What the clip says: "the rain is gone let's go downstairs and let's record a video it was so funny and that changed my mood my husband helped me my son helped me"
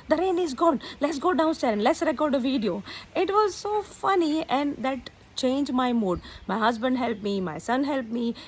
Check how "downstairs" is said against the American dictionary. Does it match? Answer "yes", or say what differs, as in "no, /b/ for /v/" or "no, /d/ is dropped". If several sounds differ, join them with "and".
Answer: no, /z/ is dropped